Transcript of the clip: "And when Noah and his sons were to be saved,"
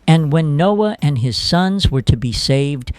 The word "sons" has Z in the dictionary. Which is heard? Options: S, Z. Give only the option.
Z